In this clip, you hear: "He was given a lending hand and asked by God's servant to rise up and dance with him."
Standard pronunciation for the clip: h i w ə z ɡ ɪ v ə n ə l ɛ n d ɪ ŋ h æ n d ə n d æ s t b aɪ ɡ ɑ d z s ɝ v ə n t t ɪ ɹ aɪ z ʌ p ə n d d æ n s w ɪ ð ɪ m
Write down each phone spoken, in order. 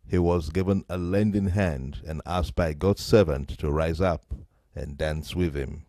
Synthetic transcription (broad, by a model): h i w ə z ɡ ɪ v ə n ə l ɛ n d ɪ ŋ h æ n d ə n æ s t b aɪ ɡ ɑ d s ɝ v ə n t t ɪ ɹ aɪ z ʌ p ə n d d æ n s w ɪ ð ɪ m